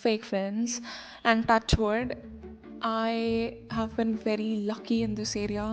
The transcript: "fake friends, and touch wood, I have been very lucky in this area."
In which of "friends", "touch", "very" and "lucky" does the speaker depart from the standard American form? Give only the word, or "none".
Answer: none